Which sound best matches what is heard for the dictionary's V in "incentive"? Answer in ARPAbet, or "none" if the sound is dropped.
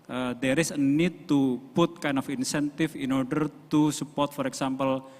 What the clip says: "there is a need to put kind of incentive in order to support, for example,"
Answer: F